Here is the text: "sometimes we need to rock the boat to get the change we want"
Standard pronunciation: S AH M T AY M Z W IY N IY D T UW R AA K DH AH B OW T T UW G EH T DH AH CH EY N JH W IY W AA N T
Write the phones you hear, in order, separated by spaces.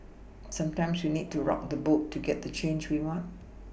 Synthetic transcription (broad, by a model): S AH M T AY M S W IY N IY D T UW R AA K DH AH B OW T T UW G EH T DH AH CH EY N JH W IY W AA N T